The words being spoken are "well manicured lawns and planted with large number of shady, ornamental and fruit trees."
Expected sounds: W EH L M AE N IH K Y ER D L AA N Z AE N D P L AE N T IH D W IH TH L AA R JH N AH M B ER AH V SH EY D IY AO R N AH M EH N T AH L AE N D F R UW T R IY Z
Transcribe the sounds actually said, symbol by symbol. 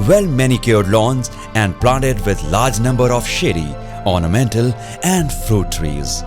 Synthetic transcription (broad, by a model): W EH L M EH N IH K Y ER D L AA N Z AE N D P L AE N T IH D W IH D L AA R JH N AH M B ER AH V SH EY D IY AO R N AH M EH N T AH L AE N D F R UW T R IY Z